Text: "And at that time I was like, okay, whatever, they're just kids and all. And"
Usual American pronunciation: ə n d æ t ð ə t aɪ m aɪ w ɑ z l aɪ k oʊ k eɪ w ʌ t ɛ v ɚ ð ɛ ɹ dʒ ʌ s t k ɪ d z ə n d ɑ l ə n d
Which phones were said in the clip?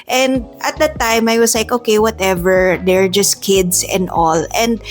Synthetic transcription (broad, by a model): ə n d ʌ t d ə t aɪ m aɪ w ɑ s l aɪ k oʊ k eɪ w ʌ t ɛ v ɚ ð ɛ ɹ dʒ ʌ s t k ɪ d s ə n d ɑ l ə n d